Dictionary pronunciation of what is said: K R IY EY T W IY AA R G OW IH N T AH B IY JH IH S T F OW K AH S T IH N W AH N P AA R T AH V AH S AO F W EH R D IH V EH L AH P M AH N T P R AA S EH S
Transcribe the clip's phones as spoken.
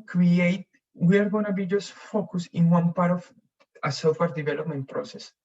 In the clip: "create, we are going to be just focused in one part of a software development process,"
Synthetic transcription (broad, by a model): K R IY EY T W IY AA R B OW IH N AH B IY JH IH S F OW K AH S IH N W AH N P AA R T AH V AH S AO F W EH R D IH V EH L AH P M AH N T P R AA S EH S